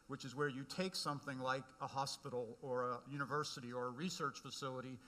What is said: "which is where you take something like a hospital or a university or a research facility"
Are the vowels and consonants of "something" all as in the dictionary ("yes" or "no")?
yes